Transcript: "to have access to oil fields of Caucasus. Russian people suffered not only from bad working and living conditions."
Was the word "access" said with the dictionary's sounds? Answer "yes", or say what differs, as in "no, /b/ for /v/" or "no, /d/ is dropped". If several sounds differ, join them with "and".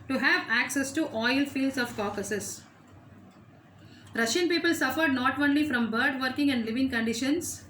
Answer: yes